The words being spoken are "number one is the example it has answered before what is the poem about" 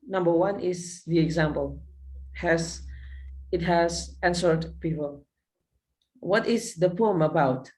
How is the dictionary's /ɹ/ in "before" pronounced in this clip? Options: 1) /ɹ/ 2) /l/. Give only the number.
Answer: 2